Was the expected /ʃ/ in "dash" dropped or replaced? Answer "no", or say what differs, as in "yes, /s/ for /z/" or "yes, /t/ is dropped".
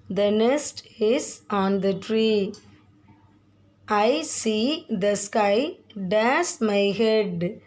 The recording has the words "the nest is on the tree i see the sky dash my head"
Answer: yes, /s/ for /ʃ/